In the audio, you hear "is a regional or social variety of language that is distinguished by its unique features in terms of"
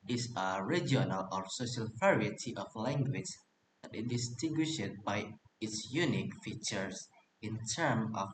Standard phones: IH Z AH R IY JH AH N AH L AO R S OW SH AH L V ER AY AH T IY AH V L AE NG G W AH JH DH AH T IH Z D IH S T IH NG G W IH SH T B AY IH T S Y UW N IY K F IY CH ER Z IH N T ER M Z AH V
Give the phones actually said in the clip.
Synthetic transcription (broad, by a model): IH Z AH R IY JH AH N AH L AO R S OW SH AH L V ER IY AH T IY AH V L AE NG G W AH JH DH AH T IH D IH S T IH NG G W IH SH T B AY IH T S Y UW N IY K F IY CH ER S IH N T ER M AH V